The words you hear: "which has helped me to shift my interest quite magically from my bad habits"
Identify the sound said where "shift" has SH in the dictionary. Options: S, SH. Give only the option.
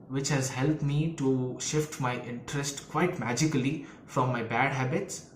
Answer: SH